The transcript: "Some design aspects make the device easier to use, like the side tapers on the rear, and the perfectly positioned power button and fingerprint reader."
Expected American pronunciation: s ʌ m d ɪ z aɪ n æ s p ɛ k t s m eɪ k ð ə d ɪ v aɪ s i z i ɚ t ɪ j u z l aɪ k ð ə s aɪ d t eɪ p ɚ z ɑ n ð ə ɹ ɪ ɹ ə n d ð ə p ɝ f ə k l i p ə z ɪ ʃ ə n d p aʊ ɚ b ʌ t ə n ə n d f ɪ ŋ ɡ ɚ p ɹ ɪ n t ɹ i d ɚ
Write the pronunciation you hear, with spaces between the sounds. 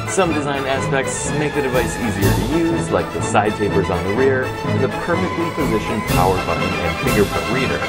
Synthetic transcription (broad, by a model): s ʌ m d ɪ z aɪ n æ s p ɛ k t s m eɪ k ð ə d ɪ v aɪ s i z i ɚ t ɪ j u z l aɪ k ð ə s aɪ d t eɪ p ɚ z n ð ə ɹ ɪ ɹ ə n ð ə p ɝ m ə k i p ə z ɪ ʃ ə n p aʊ ɚ b ʌ t n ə n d f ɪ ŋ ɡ ɚ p ʊ t ɹ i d ɚ